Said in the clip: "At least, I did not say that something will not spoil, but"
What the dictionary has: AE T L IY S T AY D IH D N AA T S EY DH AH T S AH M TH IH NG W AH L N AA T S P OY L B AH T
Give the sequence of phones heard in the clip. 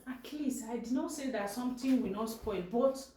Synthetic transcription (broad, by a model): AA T L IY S AY D IH D N AA T S EY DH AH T S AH M T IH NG W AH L N AA T S P OY L B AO T